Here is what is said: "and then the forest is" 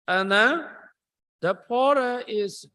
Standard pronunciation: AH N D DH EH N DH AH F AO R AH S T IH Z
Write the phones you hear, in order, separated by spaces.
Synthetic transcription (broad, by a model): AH N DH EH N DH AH P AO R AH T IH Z